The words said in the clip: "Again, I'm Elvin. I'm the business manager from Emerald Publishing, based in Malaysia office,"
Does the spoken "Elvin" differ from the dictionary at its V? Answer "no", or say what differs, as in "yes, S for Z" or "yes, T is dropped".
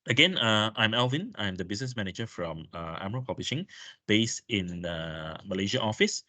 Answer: no